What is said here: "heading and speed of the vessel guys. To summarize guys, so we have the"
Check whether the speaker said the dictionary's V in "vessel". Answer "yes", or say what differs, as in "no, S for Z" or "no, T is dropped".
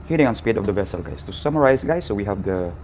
yes